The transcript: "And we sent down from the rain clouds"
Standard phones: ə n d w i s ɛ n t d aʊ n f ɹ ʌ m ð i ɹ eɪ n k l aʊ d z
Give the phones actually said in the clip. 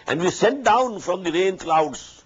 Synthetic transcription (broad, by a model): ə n d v i s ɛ t d aʊ n f ɹ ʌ m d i ɹ eɪ n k l aʊ d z